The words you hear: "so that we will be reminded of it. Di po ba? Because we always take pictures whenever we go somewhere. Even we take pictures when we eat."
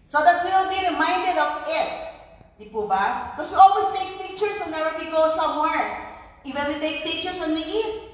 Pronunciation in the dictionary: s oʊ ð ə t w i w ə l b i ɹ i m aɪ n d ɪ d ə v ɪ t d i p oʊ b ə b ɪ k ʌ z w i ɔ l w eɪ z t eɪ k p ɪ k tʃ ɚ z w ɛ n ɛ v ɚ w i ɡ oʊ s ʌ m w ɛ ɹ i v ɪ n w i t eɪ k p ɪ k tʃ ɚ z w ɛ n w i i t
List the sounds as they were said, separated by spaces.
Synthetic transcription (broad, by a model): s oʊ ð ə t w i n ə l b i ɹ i m aɪ n d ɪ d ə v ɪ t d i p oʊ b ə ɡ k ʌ s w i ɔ l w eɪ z t eɪ k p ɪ k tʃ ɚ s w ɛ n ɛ w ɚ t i ɡ oʊ s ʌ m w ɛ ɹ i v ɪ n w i t eɪ k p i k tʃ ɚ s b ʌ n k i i